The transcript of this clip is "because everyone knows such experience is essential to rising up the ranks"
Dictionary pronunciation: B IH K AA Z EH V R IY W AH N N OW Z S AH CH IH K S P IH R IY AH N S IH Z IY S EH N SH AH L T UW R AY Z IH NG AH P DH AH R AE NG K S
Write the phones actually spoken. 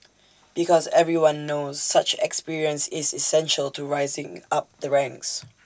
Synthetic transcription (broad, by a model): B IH K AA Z EH V R IY W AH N N OW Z S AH CH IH K S P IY R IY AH N S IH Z IY S EH N SH AH L T UW R AY Z IH NG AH P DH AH R AE NG K S